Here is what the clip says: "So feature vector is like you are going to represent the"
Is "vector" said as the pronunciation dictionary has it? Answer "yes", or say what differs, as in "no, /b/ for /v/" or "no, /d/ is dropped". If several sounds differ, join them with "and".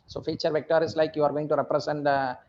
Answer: yes